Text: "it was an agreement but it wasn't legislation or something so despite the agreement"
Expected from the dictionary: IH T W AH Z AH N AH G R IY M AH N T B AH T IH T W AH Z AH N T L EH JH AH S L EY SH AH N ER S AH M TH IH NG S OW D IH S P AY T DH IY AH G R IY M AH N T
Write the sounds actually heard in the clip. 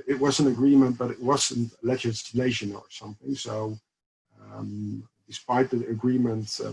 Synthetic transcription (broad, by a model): IH T W AH Z AH N AH G R IY M AH N T B AH T IH T W AH Z AH N T L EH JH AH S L EY SH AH N ER S AH M TH IH NG S OW D IH S P AY T DH IY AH G R IY M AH N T